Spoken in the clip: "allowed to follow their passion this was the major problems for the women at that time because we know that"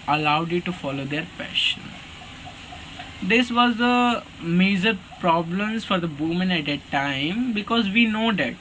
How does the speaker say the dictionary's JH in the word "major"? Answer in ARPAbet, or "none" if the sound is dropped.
Z